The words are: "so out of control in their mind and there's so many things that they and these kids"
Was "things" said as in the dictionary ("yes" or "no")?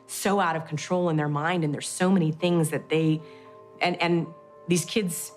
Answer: yes